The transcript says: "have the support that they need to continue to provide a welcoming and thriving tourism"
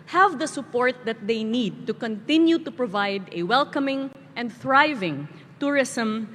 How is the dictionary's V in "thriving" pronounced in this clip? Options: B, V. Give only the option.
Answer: V